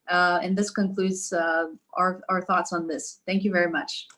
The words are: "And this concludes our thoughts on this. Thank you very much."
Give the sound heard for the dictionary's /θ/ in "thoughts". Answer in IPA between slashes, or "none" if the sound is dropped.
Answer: /θ/